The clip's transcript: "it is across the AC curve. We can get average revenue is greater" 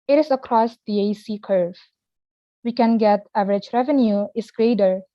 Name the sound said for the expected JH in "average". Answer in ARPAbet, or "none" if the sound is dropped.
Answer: JH